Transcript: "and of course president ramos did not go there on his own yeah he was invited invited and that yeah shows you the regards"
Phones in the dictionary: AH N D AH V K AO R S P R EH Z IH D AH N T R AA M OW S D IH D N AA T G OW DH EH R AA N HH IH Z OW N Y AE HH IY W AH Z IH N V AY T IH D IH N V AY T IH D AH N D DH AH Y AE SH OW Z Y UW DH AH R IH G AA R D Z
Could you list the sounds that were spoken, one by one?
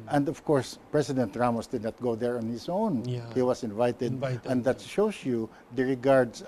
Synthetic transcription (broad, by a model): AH N D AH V K AO R S P R EH S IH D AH N T R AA M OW S D IH D N AA T G OW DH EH R AA N HH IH S OW N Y HH IY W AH S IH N V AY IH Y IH T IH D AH N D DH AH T SH OW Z Y UW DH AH R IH G AA R D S